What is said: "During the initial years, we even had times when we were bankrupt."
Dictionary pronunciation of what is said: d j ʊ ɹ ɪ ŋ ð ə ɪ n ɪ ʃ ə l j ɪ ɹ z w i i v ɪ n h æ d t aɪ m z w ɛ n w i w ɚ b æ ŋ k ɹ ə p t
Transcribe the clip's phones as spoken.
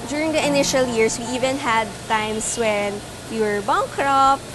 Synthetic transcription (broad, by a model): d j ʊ ɹ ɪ ŋ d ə ɪ n ɪ ʃ ə l j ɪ ɹ s w i i v ɪ n h æ d t aɪ m s w ɛ n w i w ɚ b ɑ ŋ k ɹ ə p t